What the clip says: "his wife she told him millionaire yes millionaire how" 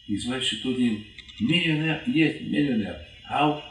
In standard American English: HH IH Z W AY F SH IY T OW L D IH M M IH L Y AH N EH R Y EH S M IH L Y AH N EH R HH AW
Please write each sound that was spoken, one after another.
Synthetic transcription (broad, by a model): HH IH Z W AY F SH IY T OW D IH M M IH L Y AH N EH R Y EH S M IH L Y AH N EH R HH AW